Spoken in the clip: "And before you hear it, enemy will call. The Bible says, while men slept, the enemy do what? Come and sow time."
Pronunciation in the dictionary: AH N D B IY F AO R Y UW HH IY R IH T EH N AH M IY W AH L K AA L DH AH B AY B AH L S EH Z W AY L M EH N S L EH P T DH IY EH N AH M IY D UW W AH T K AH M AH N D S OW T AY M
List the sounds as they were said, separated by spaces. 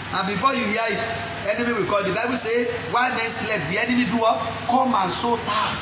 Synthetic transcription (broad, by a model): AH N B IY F AO Y UW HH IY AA IH T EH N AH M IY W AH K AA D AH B AY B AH S EH W AY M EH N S L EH T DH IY EH N AH M IY D UW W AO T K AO M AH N S OW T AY